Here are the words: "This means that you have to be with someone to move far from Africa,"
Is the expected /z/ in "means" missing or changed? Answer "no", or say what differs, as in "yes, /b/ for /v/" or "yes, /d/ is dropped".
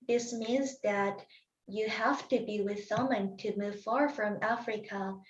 no